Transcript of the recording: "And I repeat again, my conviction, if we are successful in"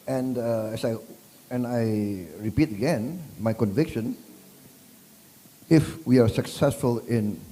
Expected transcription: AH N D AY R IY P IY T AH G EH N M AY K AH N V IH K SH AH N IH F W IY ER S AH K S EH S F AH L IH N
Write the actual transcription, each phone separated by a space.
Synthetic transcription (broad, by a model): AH N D AY R IY P IY T AH G EH N M AY K AH N V IH K SH AH N IH F W IY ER S AH K S EH S F AH L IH N